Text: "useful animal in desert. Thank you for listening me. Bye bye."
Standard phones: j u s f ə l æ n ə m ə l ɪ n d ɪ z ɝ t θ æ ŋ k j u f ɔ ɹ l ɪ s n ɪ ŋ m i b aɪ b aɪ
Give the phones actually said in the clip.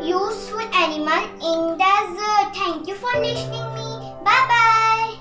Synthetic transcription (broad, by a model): j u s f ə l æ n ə m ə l ɪ n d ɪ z t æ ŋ k j u f ɔ ɹ n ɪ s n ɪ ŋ m i b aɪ b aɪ